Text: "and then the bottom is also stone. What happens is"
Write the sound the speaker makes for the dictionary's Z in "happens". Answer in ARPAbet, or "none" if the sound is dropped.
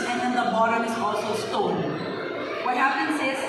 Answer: S